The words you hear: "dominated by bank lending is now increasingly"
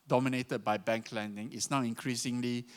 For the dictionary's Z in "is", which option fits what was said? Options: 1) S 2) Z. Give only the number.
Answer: 1